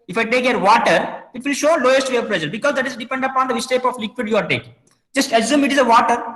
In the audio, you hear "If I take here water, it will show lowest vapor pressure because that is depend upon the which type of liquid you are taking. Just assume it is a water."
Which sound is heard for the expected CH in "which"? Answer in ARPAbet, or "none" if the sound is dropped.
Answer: S